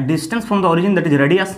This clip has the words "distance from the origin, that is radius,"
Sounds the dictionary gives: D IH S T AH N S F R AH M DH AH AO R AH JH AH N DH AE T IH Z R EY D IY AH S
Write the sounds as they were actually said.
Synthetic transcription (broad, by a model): D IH S T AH N S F R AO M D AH AO R AH JH AH N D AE T IH Z R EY D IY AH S